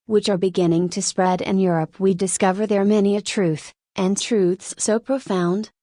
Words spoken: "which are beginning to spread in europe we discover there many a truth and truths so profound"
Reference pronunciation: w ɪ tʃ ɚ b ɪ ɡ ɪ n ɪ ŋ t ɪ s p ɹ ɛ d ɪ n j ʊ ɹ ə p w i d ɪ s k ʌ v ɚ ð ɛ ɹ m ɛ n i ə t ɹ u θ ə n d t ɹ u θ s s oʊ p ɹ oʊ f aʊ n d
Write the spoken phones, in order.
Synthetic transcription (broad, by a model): w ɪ tʃ ɚ b ɪ ɡ ɪ n ɪ ŋ t ɪ s p ɹ ɛ d ɪ n j ʊ ɹ ə p w i d ɪ s k ʌ v ɚ ð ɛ ɹ m ɛ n i ə t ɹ u θ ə n t ɹ u θ s s oʊ p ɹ oʊ f aʊ n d